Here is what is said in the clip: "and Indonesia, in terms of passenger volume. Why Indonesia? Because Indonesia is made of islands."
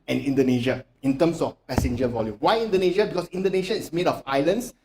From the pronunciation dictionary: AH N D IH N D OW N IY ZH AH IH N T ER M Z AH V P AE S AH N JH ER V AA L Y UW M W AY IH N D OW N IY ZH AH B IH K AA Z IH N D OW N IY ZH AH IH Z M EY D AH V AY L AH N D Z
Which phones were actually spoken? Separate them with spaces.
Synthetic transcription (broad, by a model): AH N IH N D OW N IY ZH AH IH N T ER M S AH F P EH S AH N JH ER V AA L Y UW M W AY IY N D OW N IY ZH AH B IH K AA S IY N D OW N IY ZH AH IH S M EY D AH F AY L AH N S